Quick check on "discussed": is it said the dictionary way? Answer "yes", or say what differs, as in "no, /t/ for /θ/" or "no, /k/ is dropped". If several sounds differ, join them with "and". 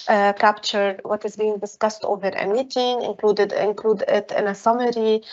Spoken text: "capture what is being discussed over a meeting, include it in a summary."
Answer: yes